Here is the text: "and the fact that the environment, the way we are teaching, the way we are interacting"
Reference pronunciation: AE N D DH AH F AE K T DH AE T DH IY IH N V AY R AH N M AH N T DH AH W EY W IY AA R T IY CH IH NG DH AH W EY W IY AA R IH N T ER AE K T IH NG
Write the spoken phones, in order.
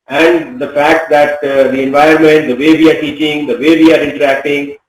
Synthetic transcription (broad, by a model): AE N D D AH F AE K T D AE T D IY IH N V AY AH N M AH N T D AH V EY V IY AA R T IY CH IH NG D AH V EY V IY AA R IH N T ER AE K T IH NG